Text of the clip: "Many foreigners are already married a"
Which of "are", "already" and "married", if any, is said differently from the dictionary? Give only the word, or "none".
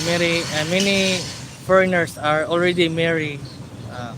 married